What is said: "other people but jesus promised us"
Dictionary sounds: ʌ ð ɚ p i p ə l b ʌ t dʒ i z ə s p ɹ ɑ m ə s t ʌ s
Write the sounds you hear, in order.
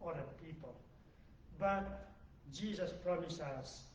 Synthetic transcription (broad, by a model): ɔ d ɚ p i p ə l b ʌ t dʒ i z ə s p ɹ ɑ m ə s ʌ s